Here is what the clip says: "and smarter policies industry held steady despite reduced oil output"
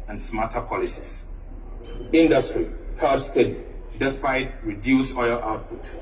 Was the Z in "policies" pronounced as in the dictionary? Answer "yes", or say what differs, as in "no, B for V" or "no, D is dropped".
no, S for Z